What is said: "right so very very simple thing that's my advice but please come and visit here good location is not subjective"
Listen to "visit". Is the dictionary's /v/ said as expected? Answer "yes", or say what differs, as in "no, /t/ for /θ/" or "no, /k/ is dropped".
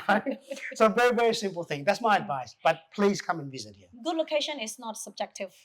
yes